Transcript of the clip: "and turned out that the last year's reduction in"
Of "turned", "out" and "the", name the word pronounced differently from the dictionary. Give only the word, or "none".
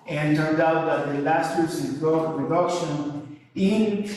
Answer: none